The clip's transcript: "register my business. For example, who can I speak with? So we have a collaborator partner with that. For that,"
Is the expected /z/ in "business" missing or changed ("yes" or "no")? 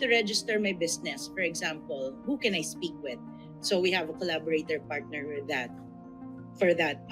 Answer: yes